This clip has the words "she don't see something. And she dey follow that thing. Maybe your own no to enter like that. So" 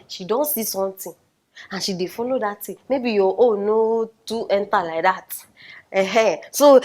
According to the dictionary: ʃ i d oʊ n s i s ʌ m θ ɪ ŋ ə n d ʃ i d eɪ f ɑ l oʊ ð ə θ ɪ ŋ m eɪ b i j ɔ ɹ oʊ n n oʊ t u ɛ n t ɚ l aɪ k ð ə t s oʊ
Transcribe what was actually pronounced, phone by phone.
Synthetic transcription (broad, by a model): ʃ i d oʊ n s i s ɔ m t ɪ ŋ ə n ʃ i d eɪ f ɑ l oʊ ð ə t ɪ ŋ m eɪ b i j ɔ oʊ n n oʊ t u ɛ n t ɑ l aɪ k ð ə t s oʊ